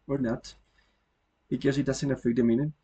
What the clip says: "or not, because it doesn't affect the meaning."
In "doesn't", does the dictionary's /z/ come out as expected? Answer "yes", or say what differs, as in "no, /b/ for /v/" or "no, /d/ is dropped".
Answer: no, /s/ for /z/